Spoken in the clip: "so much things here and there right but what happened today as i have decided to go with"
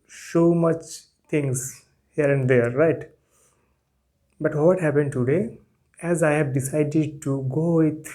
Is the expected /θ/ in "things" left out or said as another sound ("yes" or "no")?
yes